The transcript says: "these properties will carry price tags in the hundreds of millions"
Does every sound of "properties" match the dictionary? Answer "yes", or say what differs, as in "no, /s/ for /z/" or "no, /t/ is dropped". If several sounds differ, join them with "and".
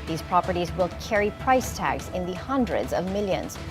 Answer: yes